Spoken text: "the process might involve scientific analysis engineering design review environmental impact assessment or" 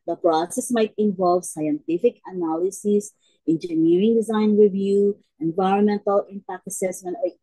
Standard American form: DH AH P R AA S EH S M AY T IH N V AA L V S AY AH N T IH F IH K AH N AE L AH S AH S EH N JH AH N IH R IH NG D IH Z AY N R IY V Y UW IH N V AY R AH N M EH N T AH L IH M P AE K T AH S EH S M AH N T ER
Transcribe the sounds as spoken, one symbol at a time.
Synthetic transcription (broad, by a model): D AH P R AA S EH S M AY T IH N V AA L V S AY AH N T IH F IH K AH N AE L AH S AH S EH N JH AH N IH R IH NG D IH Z AY N R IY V Y UW IH N V AY R AH N M EH N T AH L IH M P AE K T AH S EH S M AH N T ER